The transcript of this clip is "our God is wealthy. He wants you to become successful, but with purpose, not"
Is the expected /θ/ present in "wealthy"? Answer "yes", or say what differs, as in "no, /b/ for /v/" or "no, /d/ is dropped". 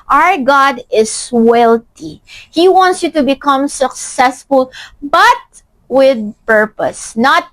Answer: no, /t/ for /θ/